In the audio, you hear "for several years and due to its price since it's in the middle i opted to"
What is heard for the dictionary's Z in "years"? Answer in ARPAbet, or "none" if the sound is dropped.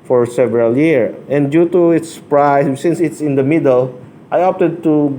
none